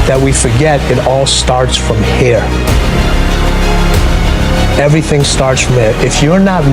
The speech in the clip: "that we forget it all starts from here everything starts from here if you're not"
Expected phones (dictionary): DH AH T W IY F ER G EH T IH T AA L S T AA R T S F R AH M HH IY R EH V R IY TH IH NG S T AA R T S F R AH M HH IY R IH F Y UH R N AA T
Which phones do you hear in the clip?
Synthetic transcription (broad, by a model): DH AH T W IY F ER G EH T IH T AA L S T AA R T S F R AH M HH IY R EH V R IY TH IH NG S T AA R T S F R AH M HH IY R IH F Y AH R N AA T